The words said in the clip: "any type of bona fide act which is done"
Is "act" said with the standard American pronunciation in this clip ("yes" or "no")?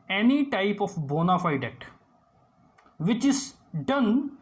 no